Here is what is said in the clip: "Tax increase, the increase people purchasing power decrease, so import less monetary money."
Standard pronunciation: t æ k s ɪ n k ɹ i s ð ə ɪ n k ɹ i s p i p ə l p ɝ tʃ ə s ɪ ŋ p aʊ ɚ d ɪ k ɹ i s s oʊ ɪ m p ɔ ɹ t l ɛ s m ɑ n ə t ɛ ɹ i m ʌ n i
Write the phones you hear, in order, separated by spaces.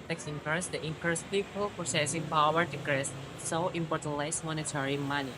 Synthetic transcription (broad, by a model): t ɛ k s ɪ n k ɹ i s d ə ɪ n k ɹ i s p i p ə l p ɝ s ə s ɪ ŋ p aʊ ɚ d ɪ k ɹ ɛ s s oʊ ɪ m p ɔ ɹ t l ɛ s m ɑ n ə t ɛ ɹ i m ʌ n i